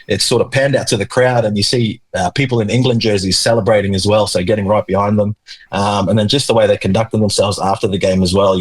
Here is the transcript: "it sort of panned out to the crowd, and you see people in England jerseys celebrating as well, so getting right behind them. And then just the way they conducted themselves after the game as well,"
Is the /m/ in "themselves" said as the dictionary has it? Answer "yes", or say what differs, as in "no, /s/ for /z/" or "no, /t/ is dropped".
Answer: yes